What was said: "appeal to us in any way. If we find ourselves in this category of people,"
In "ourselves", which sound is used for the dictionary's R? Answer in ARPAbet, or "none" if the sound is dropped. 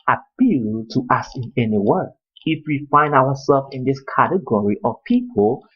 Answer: W